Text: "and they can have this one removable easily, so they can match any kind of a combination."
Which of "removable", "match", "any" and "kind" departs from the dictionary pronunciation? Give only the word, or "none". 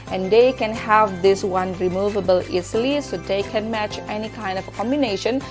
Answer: none